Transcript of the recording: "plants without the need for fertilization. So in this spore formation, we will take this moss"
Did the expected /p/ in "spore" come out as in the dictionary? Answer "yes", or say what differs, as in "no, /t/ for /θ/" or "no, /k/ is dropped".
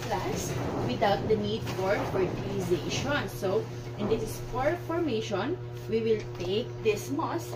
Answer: no, /f/ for /p/